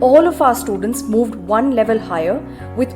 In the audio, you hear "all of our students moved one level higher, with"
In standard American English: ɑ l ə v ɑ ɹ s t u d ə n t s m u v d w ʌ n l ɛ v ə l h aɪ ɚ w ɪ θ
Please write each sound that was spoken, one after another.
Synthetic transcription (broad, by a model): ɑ l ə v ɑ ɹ s t u d ə n t s m u v d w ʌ n l ɛ v ə l h aɪ ɚ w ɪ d